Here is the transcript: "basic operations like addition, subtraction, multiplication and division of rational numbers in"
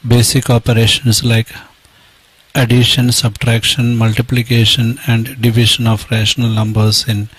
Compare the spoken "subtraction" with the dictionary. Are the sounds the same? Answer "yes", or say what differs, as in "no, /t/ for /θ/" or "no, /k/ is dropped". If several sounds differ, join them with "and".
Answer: yes